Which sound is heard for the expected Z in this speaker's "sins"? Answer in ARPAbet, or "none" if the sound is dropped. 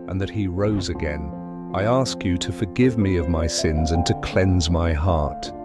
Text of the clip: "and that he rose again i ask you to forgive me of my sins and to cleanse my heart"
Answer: Z